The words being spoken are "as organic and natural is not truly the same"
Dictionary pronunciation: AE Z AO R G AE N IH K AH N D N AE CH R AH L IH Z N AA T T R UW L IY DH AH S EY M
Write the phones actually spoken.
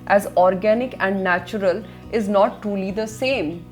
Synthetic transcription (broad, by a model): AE Z AO R G AE N IH K AH N D N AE CH R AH L IH Z N AA T T R UW L IY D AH S EY M